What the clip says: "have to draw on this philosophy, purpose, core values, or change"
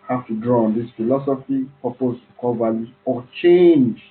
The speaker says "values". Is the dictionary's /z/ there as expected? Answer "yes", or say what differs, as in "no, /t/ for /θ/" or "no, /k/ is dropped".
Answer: no, /z/ is dropped